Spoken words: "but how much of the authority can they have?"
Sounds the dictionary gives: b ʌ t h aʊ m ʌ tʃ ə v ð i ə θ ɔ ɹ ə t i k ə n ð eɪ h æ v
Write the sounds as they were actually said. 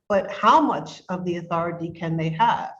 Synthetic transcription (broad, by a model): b ʌ t h aʊ m ʌ tʃ ə v ð i ə θ ɔ ɹ ə t i k ə n ð eɪ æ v